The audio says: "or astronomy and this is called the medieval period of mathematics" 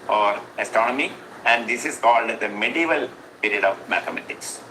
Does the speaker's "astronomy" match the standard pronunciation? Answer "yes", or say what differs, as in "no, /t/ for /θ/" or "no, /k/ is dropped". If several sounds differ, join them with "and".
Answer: yes